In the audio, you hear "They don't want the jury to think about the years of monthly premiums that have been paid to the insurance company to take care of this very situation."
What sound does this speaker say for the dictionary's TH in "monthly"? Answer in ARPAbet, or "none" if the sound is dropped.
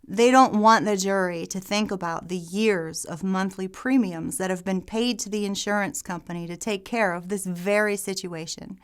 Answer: TH